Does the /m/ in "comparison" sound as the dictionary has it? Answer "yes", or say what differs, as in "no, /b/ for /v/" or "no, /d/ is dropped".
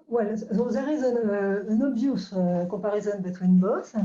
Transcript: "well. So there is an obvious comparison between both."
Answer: no, /m/ is dropped